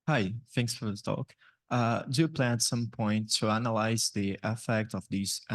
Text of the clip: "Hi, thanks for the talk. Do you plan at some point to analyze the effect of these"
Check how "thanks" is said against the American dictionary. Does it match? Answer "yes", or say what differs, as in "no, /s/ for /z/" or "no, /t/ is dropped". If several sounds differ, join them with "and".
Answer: yes